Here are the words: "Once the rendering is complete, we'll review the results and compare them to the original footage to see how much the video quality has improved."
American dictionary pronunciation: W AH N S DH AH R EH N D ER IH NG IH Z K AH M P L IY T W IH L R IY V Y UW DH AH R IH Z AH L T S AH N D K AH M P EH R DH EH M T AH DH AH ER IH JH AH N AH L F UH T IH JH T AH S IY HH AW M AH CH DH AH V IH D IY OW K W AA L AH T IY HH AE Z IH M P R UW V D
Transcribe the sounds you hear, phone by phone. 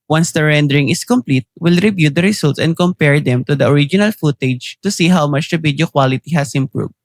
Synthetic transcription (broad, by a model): W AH N S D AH R EH N D ER IH NG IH S K AH M P L IY T W IH L R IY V Y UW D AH R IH S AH L T S AH N D K AH M P EH R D EH M T AH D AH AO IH JH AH N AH L F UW T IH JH T AH S IY HH AW M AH CH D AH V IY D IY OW K W AA L AH T IY HH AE S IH M P R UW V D